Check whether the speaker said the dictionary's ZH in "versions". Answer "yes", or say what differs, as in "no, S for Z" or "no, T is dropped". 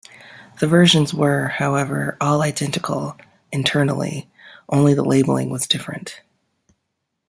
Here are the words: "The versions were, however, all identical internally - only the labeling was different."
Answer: yes